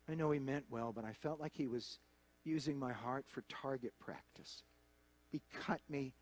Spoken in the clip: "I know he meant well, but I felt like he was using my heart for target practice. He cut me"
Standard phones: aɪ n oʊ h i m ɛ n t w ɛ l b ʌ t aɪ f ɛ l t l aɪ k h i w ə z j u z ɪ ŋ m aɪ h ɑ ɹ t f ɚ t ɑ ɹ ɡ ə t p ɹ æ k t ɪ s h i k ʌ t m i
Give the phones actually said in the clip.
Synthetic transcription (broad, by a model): aɪ n oʊ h i m ɛ n t w ɛ l b ʌ t aɪ f ɛ l t l aɪ k h i w ə z j u z ɪ ŋ m aɪ h ɑ ɹ t f ɚ t ɑ ɹ ɡ ə t p ɹ æ k t ɪ s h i k ʌ t m i